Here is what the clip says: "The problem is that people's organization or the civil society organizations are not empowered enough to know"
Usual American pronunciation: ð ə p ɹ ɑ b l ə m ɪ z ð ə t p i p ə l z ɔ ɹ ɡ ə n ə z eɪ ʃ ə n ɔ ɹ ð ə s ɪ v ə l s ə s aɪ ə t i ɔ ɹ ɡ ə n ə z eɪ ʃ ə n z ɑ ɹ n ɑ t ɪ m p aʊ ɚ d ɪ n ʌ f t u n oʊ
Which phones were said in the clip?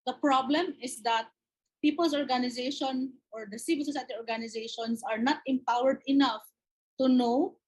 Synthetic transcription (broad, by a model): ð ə p ɹ ɑ b l ə m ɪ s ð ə t p i p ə l s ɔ ɹ ɡ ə n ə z eɪ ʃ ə n ɔ ɹ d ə s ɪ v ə l s ə s aɪ ə t i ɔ ɹ ɡ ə n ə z eɪ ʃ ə n s ɑ ɹ n ɑ t ɪ m p aʊ ɚ d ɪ n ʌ f t u n oʊ